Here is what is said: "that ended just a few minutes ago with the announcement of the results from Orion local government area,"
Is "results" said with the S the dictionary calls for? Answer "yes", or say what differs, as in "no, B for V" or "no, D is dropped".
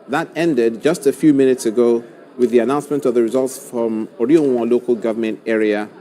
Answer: yes